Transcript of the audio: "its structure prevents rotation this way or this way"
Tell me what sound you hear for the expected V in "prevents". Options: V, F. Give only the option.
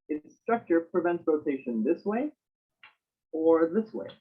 V